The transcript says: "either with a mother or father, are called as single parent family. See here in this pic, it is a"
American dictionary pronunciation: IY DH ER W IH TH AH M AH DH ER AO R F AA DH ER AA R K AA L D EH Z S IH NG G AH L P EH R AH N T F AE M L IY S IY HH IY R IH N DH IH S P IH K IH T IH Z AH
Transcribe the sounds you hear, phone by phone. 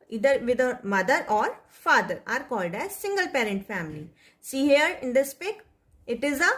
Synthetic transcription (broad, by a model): IY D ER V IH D AH M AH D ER AO R F AA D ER AA R K AA L D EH S IH NG G AH L P EH R AH N T F AE M L IY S IY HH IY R IH N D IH S P IH K IH T IH Z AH